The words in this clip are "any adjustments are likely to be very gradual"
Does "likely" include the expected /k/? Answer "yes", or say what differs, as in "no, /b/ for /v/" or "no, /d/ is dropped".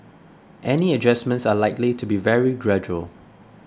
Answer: yes